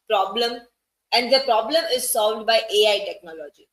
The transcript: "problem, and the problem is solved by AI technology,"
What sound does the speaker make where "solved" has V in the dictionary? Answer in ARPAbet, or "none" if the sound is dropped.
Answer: V